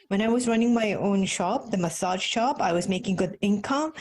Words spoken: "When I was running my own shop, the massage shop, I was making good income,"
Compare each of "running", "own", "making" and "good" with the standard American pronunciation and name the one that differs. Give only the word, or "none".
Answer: none